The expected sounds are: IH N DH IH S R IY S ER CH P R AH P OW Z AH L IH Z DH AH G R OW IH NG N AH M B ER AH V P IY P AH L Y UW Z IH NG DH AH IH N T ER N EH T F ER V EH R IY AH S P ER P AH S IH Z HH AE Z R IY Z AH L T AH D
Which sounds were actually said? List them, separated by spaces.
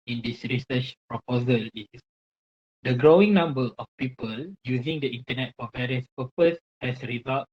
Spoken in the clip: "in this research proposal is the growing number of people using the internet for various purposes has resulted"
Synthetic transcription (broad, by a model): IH N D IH S R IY S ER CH P R AH P OW Z AH L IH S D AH G R OW IH NG N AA M B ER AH F P IY P AH L Y UW Z IH NG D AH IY N T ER N EH T F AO V EH R IY AH S P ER P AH S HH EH S R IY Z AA L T